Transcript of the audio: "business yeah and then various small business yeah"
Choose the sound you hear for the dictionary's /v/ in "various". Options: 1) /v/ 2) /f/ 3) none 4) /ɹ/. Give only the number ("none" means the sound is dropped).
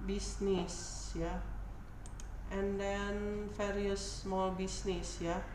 2